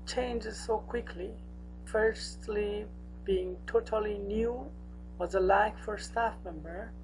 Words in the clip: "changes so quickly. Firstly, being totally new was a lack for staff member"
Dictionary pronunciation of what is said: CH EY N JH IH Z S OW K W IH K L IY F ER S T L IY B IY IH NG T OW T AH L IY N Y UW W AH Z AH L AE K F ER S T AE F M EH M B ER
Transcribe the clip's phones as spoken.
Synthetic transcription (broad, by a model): CH EY N JH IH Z S OW K W IH K L IY F ER S T L IY B IY IH NG T OW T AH L IY N Y UW W AH Z AH L AE K F ER S T AE F M EH M B ER